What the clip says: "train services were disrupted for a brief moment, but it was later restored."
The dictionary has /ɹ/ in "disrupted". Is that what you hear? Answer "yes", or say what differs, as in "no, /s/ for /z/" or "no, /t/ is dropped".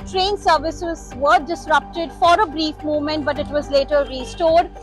yes